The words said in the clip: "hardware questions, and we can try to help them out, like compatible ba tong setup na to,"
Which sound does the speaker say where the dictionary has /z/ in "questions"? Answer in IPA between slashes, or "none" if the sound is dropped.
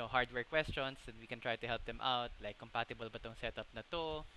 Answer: /s/